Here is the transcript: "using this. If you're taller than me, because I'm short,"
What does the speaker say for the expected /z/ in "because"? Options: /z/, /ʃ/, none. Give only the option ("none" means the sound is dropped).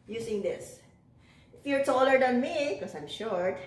none